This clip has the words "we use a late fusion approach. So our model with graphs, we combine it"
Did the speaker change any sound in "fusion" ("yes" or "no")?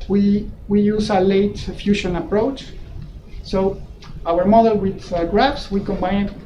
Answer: yes